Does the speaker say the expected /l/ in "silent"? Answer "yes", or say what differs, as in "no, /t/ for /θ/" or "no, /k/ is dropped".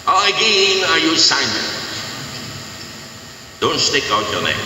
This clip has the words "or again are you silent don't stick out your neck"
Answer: no, /n/ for /l/